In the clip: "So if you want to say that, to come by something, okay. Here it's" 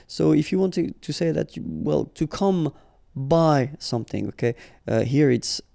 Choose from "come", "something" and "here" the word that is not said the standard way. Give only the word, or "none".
none